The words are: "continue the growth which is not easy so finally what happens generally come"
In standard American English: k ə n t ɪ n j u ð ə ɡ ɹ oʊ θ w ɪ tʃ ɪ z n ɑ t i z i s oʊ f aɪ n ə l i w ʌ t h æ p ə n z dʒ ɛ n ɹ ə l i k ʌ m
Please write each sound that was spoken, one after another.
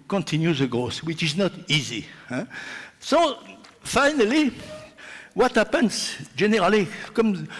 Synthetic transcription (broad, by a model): k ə n t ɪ n j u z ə ɡ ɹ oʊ s w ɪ tʃ ɪ z n ɑ t i z i s oʊ f aɪ n ə l i w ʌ t h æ p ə n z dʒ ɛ n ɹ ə l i k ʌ m